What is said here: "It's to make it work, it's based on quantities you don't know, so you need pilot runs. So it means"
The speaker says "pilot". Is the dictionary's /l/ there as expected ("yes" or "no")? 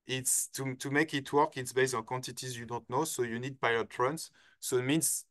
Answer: no